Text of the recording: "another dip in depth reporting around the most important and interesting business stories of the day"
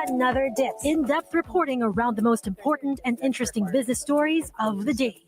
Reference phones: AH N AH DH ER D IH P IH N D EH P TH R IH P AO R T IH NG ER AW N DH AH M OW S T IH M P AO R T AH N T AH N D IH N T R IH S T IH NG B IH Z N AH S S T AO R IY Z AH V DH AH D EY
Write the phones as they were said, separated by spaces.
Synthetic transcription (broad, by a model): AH N AH DH ER D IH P IH N D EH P T R IH P AO R T IH NG ER AW N DH AH M OW S T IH M P AO R T N T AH N IH N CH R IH S T IH NG B IH Z N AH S S T AO R IY Z AH V DH AH D EY